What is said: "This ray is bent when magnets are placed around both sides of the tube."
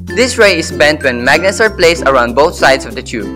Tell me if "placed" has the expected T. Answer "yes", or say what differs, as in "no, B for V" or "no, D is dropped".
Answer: no, T is dropped